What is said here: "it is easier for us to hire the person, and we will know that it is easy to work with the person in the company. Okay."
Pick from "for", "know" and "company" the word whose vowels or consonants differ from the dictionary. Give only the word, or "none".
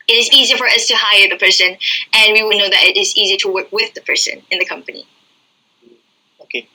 none